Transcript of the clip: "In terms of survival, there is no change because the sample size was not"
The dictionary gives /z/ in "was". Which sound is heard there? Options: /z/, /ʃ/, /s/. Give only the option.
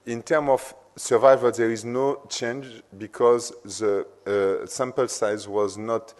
/z/